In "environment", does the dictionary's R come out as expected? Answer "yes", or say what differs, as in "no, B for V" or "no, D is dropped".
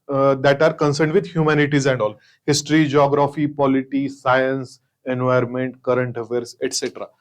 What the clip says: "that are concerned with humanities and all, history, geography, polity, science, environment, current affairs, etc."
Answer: no, R is dropped